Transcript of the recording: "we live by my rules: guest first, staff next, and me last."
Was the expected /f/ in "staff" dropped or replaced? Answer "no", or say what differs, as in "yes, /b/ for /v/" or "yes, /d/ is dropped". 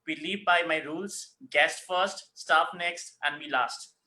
yes, /p/ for /f/